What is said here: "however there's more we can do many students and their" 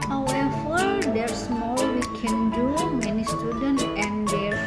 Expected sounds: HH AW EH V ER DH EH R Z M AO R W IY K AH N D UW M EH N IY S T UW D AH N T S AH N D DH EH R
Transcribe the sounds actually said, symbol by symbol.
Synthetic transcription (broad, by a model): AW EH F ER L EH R S M AO L W IY K AH N D UW M EH N IY S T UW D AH N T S AH N D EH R